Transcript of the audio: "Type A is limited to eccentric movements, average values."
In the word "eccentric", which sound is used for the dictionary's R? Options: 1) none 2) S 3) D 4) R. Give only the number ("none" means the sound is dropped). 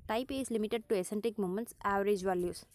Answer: 1